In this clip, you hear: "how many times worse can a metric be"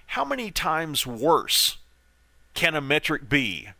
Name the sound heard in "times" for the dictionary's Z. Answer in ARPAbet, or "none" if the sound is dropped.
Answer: Z